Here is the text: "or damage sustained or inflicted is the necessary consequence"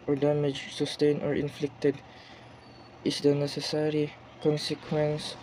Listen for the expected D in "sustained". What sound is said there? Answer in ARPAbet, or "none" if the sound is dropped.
none